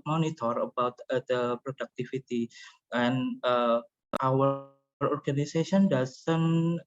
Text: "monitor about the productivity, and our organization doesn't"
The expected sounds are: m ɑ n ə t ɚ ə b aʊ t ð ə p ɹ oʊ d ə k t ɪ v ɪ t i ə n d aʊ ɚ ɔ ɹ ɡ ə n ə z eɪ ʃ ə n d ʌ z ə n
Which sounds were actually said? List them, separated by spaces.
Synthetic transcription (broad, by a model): m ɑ n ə t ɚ ə b aʊ t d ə p ɹ oʊ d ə k t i f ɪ t i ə n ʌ aʊ ɚ ɔ ɹ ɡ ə n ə s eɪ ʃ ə n d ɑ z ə n